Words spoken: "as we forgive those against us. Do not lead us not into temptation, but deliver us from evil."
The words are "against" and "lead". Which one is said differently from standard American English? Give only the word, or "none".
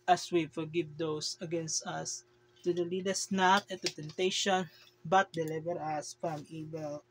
none